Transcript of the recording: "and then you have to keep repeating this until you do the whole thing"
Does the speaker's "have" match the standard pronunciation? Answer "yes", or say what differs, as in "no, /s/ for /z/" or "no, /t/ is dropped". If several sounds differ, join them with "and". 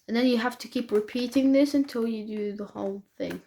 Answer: no, /f/ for /v/